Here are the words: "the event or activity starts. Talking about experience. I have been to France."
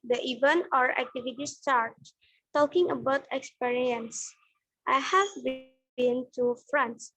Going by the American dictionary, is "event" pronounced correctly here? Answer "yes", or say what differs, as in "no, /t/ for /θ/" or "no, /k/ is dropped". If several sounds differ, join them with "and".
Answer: no, /t/ is dropped